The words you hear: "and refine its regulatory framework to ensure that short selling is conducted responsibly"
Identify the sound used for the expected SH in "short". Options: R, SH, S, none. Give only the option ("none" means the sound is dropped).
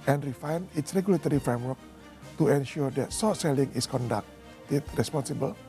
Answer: S